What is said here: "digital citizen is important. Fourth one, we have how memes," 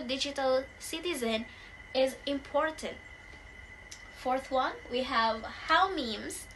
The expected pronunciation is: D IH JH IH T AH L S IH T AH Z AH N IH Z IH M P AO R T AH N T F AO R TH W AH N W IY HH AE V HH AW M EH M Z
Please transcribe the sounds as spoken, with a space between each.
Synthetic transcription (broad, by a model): D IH JH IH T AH L S IH T AH Z AH N IH Z IH M P AO R T AH N T F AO R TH W AH N W IY HH AE V HH AW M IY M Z